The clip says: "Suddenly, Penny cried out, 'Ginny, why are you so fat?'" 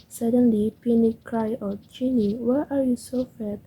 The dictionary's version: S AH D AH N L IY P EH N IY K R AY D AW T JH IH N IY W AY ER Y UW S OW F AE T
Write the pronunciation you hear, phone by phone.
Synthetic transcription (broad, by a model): S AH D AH N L IY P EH N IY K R AY AO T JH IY N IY W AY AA Y UW S OW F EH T